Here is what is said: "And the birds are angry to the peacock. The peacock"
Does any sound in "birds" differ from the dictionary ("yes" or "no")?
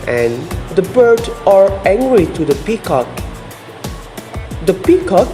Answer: yes